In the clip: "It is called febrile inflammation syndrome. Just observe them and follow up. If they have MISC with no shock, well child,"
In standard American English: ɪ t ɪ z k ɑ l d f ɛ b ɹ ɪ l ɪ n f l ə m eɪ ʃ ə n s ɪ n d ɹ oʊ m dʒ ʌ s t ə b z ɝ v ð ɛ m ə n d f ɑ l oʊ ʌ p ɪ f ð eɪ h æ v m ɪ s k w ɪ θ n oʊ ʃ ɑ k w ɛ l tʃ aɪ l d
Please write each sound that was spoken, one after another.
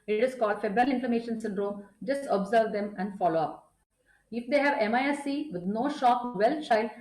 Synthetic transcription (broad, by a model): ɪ t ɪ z k ɑ l d f ɛ b ɹ ɪ l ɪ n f ə m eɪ ʃ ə n s ɪ n d ɹ oʊ m dʒ ʌ s t ə b z ɝ v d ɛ m ə n d f ɑ l oʊ ʌ p ɪ f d eɪ h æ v m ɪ s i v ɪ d n oʊ ʃ ɑ k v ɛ l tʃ aɪ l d